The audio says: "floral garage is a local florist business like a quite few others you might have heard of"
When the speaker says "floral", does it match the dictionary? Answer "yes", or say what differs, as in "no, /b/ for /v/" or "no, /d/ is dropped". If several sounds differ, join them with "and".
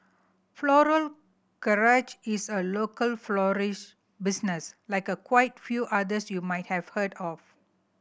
yes